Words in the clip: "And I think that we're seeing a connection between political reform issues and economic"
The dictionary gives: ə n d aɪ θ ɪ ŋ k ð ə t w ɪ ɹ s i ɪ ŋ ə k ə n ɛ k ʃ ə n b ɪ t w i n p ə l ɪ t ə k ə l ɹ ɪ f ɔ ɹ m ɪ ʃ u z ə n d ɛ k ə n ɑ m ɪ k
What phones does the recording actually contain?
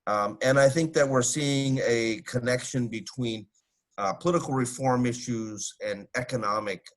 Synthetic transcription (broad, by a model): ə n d aɪ θ ɪ ŋ k ð ə t w ɪ ɹ s i ɪ ŋ ə k ə n ɛ k ʃ ə n b ɪ t w i n p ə l ɪ t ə k l ɹ ɪ f ɔ ɹ m ɪ ʃ u z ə n ɛ k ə n ɑ m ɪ k